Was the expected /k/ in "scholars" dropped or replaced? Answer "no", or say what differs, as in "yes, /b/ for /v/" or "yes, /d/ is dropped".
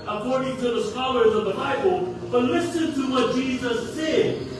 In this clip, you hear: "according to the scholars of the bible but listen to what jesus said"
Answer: no